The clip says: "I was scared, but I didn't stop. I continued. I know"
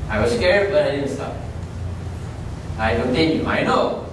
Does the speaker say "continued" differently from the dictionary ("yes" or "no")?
yes